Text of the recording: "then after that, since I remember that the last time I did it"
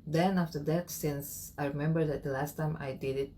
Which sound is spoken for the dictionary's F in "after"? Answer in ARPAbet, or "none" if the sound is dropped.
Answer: F